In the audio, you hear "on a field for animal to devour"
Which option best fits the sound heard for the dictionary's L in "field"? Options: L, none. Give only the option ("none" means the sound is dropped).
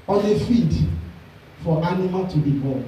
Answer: none